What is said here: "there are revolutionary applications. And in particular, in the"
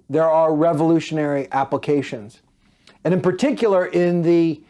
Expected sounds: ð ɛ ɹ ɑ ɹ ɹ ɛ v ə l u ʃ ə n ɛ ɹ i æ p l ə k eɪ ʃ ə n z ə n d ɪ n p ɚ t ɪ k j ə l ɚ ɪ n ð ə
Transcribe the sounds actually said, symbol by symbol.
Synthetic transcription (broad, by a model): ð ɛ ɹ ɑ ɹ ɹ ɛ v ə l u ʃ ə n ɛ ɹ i æ p l ə k eɪ ʃ ə n z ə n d ɪ n p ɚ t ɪ k j l ɚ ɪ n ð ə